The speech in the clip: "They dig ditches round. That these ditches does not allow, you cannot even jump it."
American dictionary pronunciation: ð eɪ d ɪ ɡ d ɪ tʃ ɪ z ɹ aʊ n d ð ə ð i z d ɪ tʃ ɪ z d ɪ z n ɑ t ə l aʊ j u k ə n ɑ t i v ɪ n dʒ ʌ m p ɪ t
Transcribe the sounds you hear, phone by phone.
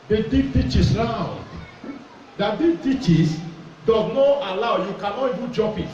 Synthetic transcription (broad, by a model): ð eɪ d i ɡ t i tʃ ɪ s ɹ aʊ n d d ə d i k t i tʃ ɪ s d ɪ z n ɑ t ə l aʊ j u k ə n ɑ t i v ɪ n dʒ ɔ p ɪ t